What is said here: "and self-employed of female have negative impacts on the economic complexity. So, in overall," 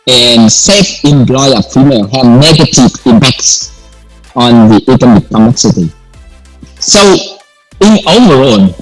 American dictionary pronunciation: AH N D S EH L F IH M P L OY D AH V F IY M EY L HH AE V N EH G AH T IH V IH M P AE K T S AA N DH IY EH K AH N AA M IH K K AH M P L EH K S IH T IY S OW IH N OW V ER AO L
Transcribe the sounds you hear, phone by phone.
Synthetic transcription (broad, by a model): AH N S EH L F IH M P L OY AH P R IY M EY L HH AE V N EH G AH T IH V IH M P AE K T S AA N DH IY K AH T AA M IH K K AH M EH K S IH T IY S OW IH N OW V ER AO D